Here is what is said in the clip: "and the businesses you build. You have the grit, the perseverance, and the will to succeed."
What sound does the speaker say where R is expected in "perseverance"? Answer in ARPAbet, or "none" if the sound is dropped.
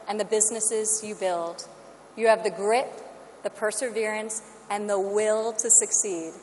R